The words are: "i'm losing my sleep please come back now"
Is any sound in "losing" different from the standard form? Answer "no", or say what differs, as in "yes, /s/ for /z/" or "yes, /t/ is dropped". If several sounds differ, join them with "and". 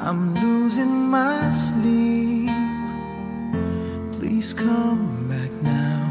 no